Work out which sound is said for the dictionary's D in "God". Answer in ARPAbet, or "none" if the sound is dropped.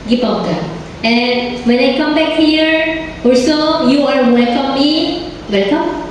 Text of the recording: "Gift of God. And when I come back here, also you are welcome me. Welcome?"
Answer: none